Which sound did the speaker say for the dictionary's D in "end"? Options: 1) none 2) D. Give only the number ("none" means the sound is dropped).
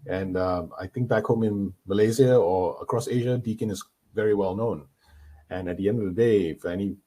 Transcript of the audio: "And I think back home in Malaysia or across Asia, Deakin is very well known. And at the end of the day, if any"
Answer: 2